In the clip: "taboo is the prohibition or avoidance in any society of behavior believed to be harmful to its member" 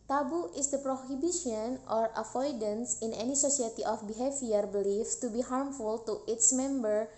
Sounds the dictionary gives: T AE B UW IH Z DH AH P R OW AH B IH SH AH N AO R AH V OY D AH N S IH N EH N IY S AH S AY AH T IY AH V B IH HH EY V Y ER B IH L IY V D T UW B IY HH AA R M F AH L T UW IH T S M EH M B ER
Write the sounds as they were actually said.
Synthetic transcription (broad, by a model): T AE B UW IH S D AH P R OW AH B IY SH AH N AO R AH F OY D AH N S IH N EH N IY S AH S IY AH T IY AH F B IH HH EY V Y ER B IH L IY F T UW B IY HH AA R M F AH L T UW IH T S M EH M B ER